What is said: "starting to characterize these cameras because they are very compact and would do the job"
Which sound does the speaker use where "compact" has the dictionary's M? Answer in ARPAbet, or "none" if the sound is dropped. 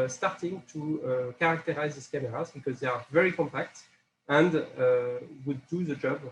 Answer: M